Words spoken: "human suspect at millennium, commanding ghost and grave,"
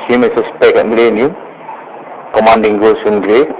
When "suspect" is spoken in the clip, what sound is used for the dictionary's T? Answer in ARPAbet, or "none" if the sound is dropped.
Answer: none